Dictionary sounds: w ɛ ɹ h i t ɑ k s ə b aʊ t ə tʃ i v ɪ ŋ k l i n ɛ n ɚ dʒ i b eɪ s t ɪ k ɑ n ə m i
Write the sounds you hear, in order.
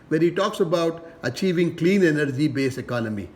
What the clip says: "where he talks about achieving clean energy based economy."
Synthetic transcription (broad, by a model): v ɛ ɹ h i t ɑ k s ə b aʊ t ə tʃ i v ɪ ŋ k l i n ɛ n ɚ dʒ i b eɪ s ɪ k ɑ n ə m i